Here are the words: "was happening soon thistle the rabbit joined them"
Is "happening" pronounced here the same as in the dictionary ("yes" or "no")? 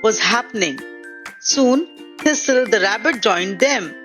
yes